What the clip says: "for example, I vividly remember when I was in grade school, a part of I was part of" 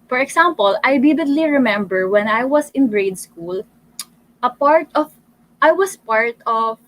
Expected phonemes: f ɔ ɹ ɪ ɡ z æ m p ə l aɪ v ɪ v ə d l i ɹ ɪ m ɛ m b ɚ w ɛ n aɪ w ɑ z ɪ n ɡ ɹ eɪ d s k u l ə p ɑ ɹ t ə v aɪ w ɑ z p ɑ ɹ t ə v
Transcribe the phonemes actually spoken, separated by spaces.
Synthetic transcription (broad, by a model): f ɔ ɹ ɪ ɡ s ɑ m p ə l aɪ b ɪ b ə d l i ɹ ɪ m ɛ m b ɚ w ɛ n aɪ w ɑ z ɪ n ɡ ɹ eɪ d s k u l ə p ɑ ɹ t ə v aɪ w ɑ s p ɑ ɹ t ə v